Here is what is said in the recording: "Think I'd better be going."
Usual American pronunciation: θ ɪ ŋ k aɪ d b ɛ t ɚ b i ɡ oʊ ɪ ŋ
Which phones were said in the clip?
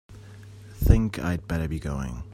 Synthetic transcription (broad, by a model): θ ɪ ŋ k aɪ d b ɛ t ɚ b i ɡ oʊ ɪ ŋ